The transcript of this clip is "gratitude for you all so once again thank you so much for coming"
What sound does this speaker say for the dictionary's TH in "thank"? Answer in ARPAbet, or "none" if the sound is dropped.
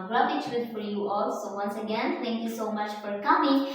T